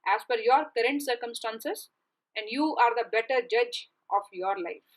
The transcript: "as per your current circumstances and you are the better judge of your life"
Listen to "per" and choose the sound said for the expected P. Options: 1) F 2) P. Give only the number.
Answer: 1